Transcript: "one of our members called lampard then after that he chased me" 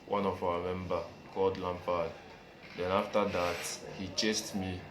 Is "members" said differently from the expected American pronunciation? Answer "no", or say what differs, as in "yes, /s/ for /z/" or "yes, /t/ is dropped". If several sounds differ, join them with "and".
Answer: yes, /z/ is dropped